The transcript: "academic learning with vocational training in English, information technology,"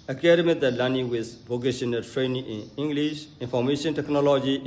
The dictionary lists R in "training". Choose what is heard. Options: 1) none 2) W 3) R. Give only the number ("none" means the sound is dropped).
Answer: 3